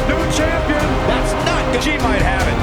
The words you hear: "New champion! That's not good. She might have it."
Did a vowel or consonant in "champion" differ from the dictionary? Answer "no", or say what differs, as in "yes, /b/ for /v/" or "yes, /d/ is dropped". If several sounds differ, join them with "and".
no